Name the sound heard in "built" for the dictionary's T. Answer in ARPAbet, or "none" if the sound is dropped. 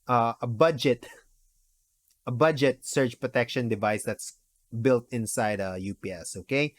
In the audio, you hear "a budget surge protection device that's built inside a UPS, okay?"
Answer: T